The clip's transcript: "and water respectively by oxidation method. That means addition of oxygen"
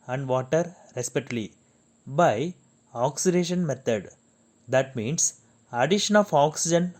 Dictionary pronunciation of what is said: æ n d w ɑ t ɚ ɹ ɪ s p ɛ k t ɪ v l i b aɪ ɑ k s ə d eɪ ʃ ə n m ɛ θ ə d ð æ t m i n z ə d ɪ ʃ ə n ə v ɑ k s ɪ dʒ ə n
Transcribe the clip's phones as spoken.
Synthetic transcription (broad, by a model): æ n d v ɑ t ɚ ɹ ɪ s p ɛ t l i b aɪ ɑ k s ə d eɪ ʃ ə n m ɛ t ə d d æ t m i n s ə d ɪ ʃ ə n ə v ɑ k s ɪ dʒ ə n